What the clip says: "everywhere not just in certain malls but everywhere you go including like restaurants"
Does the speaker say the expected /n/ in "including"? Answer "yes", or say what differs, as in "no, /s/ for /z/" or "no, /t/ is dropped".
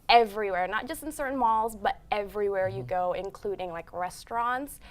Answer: yes